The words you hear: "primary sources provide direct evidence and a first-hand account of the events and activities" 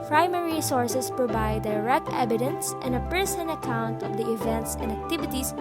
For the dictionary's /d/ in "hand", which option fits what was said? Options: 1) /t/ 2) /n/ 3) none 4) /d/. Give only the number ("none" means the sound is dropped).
3